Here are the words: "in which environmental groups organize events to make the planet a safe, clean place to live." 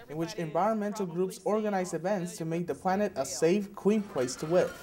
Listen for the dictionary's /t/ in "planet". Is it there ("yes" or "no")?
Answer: yes